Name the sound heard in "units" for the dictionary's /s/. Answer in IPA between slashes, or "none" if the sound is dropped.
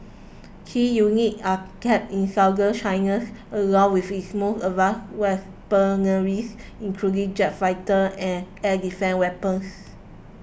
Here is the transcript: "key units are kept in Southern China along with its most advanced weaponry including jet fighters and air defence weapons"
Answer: none